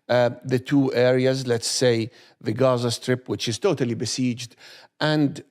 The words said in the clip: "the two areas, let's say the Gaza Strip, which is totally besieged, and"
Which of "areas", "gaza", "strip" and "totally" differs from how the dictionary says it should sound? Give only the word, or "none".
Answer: none